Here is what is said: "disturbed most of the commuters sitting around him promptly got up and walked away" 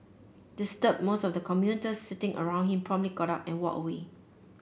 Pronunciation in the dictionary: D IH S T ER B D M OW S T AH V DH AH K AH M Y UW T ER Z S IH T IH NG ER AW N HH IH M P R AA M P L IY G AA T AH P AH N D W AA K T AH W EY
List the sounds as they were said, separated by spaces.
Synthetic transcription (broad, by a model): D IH S T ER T M OW S T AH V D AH K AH M Y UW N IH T S IH T IH NG ER AW N HH IH M P R AA M P L IY G AA T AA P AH N W AA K AH W EY